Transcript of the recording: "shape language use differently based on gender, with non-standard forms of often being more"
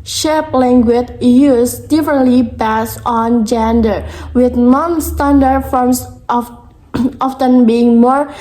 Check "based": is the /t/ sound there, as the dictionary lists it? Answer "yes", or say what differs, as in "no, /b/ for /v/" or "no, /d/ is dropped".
no, /t/ is dropped